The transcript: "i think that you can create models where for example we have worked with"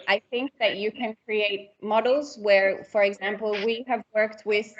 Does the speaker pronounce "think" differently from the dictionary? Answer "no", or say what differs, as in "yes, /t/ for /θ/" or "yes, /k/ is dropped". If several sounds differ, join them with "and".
no